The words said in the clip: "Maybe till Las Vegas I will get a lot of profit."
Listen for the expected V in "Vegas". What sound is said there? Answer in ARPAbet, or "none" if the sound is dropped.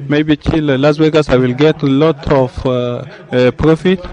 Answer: W